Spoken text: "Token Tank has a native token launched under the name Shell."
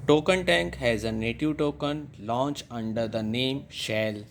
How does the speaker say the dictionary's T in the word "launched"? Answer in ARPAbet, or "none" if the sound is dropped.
none